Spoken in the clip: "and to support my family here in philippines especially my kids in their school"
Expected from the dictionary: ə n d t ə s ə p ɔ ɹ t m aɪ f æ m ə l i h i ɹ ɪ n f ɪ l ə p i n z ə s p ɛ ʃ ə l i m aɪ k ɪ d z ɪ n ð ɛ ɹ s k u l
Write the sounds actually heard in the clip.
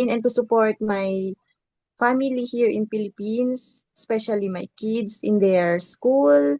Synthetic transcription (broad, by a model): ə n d t ə s ə p ɔ ɹ t m aɪ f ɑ m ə l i h i ɹ ɪ n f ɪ l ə p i n s ə s p ɛ ʃ ə l i m aɪ k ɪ d s ɪ n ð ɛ ɹ s k u l